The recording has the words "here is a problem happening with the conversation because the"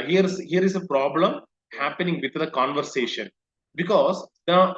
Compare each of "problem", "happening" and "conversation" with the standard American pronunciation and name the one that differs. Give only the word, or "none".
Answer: none